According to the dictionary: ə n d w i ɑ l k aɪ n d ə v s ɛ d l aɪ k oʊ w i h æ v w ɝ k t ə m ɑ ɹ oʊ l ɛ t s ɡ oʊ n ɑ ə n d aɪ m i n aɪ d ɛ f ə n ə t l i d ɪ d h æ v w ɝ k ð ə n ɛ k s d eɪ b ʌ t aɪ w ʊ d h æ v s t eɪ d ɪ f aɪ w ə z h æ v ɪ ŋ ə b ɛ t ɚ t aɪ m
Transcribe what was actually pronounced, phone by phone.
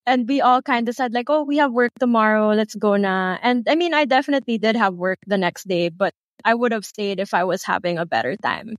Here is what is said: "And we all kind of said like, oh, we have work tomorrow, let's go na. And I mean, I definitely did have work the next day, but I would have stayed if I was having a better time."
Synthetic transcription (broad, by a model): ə n d w i ɑ l k aɪ n d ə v s ɛ d l aɪ k oʊ w i h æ v w ɝ k t ə m ɑ ɹ oʊ l ɛ t s ɡ oʊ n ɑ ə n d aɪ m i n aɪ d ɛ f ə n ə t l i d ɪ d h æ v w ɝ k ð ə n ɛ k s d eɪ b ʌ t aɪ w ʊ d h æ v s t eɪ d ɪ f aɪ w ə z h æ v ɪ ŋ ə b ɛ t ɚ t aɪ m